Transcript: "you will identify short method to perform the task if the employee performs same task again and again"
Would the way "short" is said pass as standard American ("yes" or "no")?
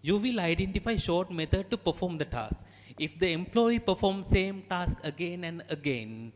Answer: yes